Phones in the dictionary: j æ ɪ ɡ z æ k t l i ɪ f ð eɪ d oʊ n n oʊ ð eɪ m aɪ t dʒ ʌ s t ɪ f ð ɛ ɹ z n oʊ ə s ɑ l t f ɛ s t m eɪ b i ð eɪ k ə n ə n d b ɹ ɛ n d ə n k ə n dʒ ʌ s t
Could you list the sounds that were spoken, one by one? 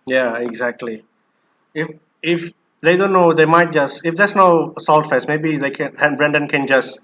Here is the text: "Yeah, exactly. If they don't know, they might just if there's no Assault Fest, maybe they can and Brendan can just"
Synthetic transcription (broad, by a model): j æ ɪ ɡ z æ k t l i ɪ f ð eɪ d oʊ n n oʊ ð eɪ m aɪ t dʒ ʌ s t ɪ f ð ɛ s n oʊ ə s ɑ l t f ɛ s m eɪ b i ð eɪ k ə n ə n b ɹ ɛ n d ə n k ə n dʒ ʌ s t